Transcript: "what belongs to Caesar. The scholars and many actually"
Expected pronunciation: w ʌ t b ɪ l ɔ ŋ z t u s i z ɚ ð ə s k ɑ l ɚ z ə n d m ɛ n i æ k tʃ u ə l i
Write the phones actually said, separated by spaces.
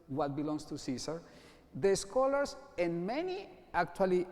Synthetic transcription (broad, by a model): w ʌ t b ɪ l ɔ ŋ s t u s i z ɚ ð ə s k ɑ l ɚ s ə n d m ɛ n i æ k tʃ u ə l i